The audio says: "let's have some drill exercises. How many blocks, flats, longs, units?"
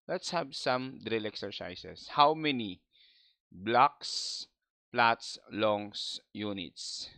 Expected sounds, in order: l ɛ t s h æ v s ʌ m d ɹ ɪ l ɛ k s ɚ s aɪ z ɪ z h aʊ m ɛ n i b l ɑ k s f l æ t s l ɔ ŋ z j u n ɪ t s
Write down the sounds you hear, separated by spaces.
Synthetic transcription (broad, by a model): l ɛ t s h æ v s ʌ m d ɹ ɪ l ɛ k s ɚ s aɪ s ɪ s h aʊ m ɛ n i b l ɑ k s p l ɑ t s l ɔ ŋ s j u n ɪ t s